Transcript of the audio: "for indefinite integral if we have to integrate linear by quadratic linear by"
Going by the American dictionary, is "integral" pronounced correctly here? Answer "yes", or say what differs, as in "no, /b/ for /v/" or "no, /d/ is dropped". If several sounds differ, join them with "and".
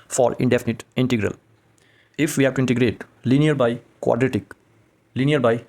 yes